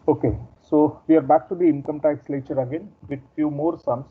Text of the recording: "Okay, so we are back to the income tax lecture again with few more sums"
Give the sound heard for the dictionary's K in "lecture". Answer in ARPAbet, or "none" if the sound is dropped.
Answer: none